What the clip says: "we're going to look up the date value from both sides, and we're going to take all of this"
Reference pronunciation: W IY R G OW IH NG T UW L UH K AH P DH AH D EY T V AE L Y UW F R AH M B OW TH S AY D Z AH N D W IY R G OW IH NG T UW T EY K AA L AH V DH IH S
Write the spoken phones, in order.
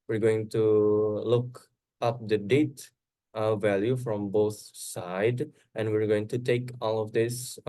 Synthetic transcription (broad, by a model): W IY R G OW IH NG T UW L UH K AH P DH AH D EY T V AE L Y UW F R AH M B OW TH S AY D AH N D W IY R G OW IH NG T UW T EY K AA L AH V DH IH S